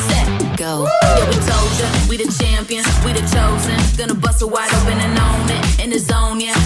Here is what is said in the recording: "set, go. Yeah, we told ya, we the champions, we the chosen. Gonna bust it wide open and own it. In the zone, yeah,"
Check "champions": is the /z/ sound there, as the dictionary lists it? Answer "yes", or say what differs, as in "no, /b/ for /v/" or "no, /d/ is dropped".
no, /z/ is dropped